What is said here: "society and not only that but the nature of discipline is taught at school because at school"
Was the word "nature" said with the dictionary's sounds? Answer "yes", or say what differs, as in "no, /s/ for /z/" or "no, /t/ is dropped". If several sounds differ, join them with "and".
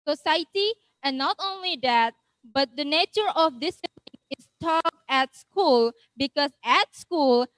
yes